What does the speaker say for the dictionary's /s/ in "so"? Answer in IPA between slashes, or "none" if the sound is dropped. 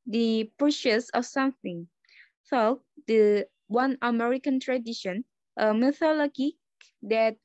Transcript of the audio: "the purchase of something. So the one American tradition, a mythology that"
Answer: /θ/